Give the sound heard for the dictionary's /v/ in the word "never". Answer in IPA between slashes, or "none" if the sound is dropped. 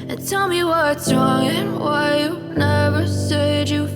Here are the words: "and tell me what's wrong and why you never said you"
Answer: /v/